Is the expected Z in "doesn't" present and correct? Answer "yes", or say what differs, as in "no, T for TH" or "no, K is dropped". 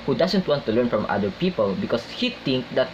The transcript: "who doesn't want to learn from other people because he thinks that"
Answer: no, S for Z